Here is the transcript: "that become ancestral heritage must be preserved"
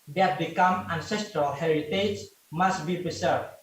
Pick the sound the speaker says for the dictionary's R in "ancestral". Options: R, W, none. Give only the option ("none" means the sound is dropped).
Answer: R